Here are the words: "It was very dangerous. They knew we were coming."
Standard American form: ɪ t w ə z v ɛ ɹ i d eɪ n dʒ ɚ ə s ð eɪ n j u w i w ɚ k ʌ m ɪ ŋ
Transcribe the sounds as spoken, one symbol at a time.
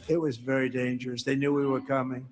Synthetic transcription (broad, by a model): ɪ t w ə z v ɛ ɹ i d eɪ n dʒ ɚ ə s ð eɪ n j u w i w ɚ k ʌ m ɪ ŋ